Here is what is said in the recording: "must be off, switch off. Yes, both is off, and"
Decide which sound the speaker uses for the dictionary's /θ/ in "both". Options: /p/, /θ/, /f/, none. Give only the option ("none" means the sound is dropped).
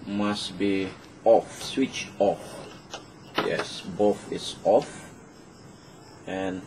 /f/